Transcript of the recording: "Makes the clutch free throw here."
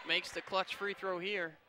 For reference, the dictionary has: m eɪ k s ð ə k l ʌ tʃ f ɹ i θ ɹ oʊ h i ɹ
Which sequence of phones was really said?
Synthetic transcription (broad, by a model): m eɪ k s ð ə k l ʌ tʃ f ɹ i θ ɹ oʊ h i ɹ